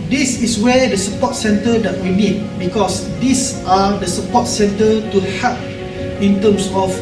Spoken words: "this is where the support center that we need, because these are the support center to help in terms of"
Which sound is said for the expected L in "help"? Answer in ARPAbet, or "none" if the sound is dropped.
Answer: none